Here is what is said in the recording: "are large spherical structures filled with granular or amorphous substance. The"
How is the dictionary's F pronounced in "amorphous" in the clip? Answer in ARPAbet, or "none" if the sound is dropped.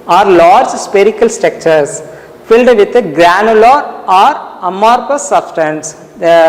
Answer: P